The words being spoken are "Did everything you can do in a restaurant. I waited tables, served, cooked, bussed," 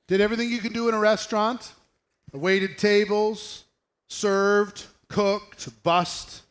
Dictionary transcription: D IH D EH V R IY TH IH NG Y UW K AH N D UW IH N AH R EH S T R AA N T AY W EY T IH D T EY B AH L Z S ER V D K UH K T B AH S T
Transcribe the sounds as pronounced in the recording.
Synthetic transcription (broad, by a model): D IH D EH V R IY TH IH NG Y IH K AH N D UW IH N AH R EH S T R AA N T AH W EY T IH D T EY B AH L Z S ER V D K UH K T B AH S T